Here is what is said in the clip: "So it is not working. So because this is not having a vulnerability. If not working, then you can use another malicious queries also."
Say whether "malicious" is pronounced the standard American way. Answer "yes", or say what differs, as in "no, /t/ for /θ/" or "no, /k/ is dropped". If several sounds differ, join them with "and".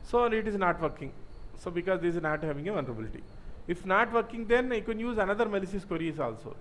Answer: no, /s/ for /ʃ/